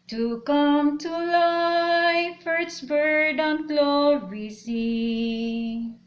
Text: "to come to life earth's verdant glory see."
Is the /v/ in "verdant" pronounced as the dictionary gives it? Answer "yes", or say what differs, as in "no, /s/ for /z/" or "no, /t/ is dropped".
no, /b/ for /v/